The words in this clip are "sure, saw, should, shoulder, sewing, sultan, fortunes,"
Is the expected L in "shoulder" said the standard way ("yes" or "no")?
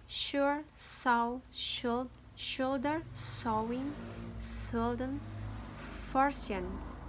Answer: yes